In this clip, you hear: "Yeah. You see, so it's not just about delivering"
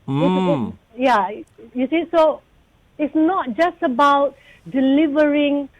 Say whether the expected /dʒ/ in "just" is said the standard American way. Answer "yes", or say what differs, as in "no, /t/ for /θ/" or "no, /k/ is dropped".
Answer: yes